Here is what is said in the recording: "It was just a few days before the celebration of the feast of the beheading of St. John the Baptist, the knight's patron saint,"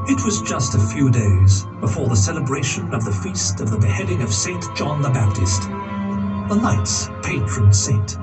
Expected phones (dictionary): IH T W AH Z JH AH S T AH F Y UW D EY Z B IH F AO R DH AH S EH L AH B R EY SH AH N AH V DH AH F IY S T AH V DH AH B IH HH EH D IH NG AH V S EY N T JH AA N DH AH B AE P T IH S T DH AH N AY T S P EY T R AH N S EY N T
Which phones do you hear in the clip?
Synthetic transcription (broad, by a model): IH T W AH Z JH AH S T AH F Y UW D EY Z B IH F AO R DH AH S EH L AH B R EY SH AH N AH V DH AH F IY S T AH V DH AH B IH HH EH D IH NG AH V S EY N JH AA N DH AH B AE P T IH S T DH AH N AY T S P EY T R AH N S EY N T